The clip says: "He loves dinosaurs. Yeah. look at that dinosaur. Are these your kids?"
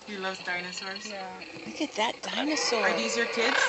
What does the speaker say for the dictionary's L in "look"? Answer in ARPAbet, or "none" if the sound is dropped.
W